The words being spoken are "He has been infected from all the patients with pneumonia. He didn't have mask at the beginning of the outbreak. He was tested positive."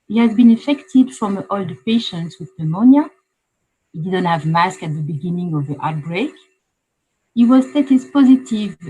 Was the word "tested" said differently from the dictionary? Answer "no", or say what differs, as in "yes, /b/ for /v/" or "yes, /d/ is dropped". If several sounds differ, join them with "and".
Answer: yes, /s/ is dropped